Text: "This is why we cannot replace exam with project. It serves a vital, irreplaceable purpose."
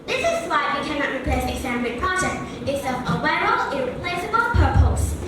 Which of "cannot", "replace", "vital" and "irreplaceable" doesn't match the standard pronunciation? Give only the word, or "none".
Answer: vital